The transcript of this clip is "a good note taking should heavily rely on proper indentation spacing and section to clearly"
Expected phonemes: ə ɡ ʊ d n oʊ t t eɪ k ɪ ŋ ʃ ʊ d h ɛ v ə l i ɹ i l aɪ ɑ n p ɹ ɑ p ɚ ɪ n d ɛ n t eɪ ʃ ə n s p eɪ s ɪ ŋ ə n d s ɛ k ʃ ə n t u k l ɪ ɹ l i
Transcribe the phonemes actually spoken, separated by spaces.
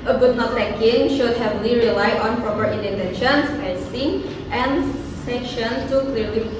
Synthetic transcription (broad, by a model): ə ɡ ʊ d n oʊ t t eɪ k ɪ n ʃ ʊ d h ɛ v ə l i ɹ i l aɪ ɑ n p ɹ ɑ p ɚ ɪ n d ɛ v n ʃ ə n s eɪ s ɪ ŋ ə n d s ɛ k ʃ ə n t u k l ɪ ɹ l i